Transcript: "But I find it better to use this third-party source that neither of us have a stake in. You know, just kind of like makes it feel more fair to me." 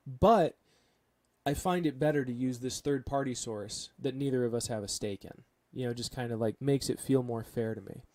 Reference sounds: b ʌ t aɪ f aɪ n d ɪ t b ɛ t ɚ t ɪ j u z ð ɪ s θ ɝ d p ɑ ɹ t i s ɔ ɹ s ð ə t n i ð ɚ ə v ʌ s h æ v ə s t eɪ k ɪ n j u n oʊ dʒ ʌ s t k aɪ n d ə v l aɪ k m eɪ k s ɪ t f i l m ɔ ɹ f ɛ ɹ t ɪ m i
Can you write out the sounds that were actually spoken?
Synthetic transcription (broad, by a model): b ʌ t aɪ f aɪ n d ɪ t b ɛ t ɚ t ɪ j u z ð ɪ s θ ɝ d p ɑ ɹ t i s ɔ ɹ s ð ə t n i ð ɚ ə v ʌ s h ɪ v ə s t eɪ k ɪ n j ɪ n oʊ dʒ ʌ s k aɪ n d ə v l aɪ k m eɪ k s ɪ t f i l m ɔ ɹ f ɛ ɹ t ɪ m i